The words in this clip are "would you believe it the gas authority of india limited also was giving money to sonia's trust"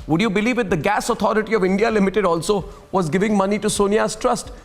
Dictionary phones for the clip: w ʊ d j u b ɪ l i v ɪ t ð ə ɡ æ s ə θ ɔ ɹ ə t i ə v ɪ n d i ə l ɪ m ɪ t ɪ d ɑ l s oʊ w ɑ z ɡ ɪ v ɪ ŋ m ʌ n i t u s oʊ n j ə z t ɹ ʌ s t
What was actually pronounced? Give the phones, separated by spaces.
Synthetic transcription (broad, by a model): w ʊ d j u b ɪ l i v ɪ t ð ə ɡ æ s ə t ɔ ɹ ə t i ə v ɪ n d i ə l ɪ m ɪ t ɪ d ɑ l s oʊ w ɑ z ɡ ɪ v ɪ ŋ m ʌ n i t u s oʊ n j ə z t ɹ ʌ s t